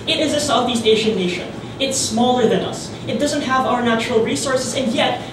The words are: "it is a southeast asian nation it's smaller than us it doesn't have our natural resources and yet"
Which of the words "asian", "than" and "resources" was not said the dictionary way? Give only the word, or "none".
asian